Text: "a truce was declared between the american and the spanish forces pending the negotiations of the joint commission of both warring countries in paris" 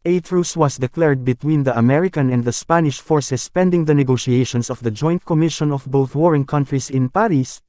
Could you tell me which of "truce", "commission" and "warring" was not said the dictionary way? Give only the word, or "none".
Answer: none